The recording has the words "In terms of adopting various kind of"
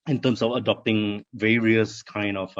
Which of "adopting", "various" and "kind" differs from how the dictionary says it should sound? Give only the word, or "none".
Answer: none